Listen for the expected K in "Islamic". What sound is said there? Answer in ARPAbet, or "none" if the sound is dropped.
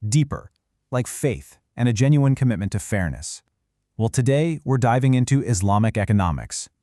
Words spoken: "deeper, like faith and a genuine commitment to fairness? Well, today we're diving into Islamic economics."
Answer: K